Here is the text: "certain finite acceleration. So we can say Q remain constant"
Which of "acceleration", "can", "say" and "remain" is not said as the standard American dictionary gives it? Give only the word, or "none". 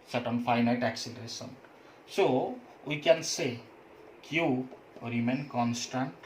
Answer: acceleration